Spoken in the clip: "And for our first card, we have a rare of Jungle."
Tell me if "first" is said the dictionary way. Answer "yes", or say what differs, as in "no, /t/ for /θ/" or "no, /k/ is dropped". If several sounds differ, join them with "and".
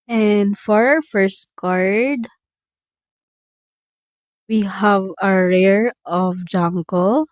yes